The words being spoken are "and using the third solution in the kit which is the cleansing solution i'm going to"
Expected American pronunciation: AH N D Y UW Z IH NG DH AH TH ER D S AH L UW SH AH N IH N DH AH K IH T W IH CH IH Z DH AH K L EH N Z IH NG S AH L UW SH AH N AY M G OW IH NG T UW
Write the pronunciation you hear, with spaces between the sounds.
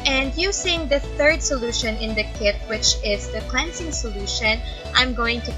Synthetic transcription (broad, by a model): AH N D Y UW S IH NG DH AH TH ER D S AH L UW SH AH N IH N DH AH K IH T W IH CH IH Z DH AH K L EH N S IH NG S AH L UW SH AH N AY M G OW IH NG T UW